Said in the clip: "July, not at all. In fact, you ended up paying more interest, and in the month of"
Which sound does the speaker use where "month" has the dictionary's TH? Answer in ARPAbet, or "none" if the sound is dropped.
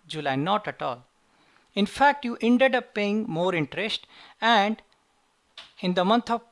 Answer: T